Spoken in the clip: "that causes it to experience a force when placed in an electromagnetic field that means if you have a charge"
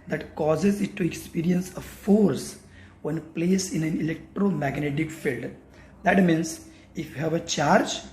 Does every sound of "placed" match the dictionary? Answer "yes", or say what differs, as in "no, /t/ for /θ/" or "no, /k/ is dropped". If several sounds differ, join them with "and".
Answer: no, /t/ is dropped